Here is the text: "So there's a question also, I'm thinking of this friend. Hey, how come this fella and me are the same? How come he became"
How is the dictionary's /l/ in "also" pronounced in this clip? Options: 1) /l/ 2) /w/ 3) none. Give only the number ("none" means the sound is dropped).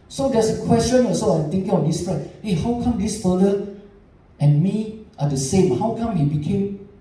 3